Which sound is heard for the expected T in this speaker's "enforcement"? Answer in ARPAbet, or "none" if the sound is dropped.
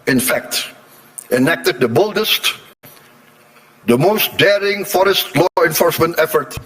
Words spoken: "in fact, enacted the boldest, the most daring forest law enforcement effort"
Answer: T